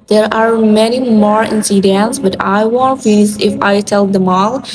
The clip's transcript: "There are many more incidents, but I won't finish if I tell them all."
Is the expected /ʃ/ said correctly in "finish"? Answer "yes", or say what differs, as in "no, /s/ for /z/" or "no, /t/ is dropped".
no, /s/ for /ʃ/